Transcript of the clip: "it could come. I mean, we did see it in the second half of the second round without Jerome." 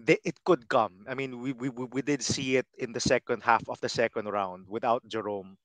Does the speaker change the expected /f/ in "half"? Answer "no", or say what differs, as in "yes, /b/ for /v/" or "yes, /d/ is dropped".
no